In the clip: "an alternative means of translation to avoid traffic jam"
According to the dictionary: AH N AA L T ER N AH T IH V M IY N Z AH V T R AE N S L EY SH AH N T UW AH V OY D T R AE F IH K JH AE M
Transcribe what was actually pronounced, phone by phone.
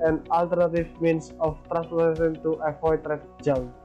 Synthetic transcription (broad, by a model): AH N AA L T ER N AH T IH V M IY N S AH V T R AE N S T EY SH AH N T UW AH F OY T R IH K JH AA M